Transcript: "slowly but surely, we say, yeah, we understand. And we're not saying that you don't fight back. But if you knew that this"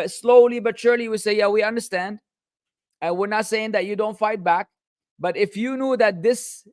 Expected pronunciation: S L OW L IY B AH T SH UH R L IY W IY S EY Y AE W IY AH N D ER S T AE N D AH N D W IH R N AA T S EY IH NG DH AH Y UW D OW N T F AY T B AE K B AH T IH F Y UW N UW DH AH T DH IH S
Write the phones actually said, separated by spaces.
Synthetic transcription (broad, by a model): S L OW L IY B AH T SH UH R L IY W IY S EY Y AE W IY AH N D ER S T AE N D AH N W IH R N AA T S EY IH NG DH AH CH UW D OW N T F AY T B AE K B AH T IH F Y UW N UW DH AH T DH IH S